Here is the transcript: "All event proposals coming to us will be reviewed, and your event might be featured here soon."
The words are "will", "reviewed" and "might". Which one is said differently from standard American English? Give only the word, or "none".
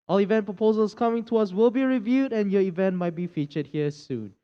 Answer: none